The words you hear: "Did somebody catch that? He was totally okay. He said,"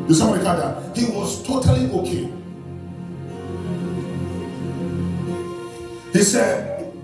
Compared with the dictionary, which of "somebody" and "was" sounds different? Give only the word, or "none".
somebody